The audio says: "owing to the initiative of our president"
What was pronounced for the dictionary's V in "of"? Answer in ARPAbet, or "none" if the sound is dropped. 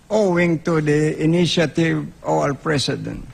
W